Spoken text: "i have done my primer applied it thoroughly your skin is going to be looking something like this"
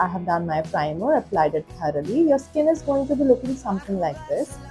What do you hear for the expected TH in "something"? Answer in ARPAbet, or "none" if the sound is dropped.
T